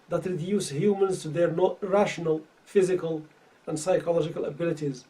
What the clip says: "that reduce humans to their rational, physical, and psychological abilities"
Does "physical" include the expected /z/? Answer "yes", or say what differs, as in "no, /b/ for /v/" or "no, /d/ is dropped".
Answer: yes